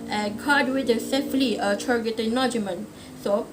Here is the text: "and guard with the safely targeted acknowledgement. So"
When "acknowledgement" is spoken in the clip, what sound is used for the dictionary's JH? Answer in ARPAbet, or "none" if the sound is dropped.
none